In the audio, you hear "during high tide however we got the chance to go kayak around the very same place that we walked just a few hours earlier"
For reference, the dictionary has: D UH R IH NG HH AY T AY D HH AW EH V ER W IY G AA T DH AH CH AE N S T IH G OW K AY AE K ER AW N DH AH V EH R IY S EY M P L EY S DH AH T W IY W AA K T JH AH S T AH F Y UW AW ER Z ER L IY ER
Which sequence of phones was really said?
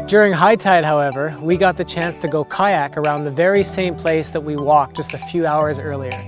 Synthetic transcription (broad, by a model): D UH R IH NG HH AY T AY D HH AW EH V ER W IY G AA T DH AH CH AE N S T IH G OW K AY AE K ER AW N DH AH V EH R IY S EY M P L EY S DH AH T W IY W AA K JH AH S T AH F Y UW AW ER Z ER L IY ER